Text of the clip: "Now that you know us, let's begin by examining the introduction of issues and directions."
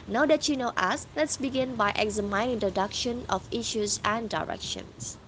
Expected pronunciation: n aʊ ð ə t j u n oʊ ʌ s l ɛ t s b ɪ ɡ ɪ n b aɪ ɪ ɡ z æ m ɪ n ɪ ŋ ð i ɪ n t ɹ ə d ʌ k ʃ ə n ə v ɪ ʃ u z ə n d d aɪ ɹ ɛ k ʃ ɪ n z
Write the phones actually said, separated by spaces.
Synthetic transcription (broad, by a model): n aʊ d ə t j u n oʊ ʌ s l ɛ t s b ɪ ɡ ɪ n b aɪ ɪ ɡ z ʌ m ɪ ɪ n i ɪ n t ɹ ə d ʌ k ʃ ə n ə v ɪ ʃ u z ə n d d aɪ ɹ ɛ k ʃ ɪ n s